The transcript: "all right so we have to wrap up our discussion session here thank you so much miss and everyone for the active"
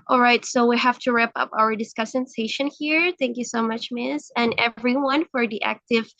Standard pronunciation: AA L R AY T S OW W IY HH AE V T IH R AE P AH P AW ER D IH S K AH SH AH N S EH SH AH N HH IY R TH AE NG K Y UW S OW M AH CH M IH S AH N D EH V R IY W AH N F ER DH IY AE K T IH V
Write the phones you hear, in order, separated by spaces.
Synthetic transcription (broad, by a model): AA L R AY T S OW W IY HH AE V T IH R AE P AH P AW ER D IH S K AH S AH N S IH SH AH N HH IY R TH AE NG K Y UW S OW M AH CH M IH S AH N EH V R IY W AH N F ER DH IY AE K T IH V